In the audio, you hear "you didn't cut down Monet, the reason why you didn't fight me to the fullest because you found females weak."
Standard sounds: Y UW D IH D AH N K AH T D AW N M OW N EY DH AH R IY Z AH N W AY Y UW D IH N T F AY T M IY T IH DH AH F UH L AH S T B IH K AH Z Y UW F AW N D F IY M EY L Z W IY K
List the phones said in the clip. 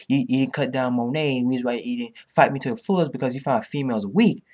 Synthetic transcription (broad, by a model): Y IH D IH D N K AH T D AW N M OW N EY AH W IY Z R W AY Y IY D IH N F AY T M IY T IH DH AH F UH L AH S B IH K AH Z Y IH F AW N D F IY M EY L Z W IY K